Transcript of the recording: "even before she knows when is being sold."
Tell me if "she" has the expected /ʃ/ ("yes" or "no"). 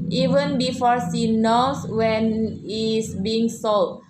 no